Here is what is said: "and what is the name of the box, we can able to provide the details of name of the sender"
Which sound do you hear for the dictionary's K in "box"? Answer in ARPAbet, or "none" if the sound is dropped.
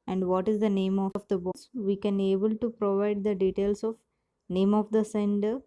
none